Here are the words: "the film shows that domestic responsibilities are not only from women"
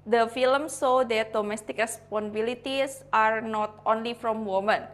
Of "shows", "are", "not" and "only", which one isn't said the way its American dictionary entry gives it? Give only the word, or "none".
shows